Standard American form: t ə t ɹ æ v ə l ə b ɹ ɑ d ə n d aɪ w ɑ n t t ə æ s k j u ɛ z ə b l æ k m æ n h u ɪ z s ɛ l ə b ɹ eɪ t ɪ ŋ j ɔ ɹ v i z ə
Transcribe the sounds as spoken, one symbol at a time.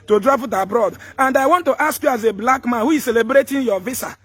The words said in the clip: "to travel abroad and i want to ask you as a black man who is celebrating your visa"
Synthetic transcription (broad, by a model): t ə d ɹ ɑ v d ə b ɹ ɑ d ə n d aɪ w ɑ n t t ə s k j u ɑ z ə b l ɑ k m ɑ n h u ɪ z s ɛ l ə b ɹ eɪ t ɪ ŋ j ɔ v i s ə